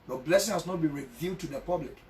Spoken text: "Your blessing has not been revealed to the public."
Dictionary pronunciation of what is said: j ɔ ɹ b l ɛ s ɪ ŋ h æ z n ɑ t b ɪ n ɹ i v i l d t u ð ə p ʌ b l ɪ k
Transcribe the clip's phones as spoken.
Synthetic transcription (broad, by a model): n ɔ b l ɛ s ɪ ŋ h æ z n ɑ t b ɪ n ɹ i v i d t u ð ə p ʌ b l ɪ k